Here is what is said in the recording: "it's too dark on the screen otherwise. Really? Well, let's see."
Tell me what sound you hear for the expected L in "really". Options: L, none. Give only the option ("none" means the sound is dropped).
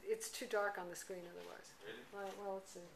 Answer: none